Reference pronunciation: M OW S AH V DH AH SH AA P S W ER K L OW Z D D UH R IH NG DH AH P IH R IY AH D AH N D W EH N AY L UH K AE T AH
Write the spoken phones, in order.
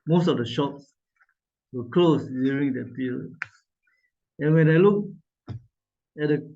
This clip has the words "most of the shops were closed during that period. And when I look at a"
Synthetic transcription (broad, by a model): M OW S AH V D AH SH AA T S W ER K L OW S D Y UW R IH NG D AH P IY R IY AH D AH N W EH N AY L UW K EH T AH